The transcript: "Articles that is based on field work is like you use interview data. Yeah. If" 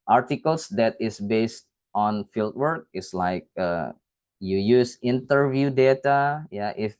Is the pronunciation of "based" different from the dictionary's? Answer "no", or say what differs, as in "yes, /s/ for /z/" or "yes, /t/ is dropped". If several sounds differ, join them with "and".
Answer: no